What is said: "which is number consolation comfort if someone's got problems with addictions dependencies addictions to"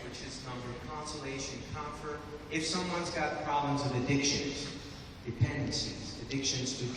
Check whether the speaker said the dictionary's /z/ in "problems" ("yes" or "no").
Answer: yes